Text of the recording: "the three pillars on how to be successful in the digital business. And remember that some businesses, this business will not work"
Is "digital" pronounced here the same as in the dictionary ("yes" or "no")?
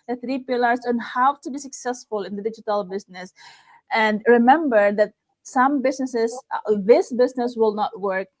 yes